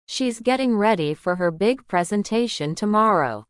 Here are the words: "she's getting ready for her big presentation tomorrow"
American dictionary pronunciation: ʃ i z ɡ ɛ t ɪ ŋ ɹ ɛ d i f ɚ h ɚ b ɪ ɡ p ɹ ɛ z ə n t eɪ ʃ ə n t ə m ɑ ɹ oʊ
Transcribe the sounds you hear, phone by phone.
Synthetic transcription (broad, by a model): ʃ i z ɡ ɛ t ɪ ŋ ɹ ɛ d i f ɚ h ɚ b ɪ ɡ p ɹ ɛ z ə n t eɪ ʃ ə n t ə m ɑ ɹ oʊ